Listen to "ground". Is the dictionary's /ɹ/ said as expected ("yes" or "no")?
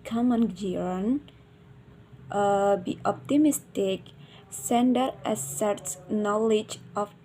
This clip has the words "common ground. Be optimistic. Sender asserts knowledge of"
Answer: no